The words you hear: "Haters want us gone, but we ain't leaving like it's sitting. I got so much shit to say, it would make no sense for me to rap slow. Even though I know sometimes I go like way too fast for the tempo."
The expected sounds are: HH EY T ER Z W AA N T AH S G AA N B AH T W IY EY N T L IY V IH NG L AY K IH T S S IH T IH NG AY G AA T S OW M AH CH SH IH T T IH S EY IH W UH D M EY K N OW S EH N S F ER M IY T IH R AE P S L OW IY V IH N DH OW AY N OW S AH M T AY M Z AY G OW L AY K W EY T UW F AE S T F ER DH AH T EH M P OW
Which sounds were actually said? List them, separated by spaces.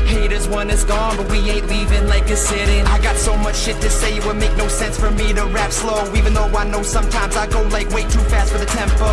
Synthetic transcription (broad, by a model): HH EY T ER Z W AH N IH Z G AA N B AH T W IY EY T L IY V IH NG L AY K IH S S IH T IH NG AY G AA T S OW M AH CH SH IH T T IH S EY IH W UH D M EY K N OW S EH N S F ER M IY T IH R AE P S L OW IY V IH N DH OW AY N OW S AH M T AY M Z AY G OW L AY K W EY T UW F AE S T F ER DH AH T EH M P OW